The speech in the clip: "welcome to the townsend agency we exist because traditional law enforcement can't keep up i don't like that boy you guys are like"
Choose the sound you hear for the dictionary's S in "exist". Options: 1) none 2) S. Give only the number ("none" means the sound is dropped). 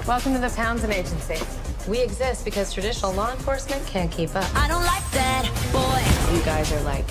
2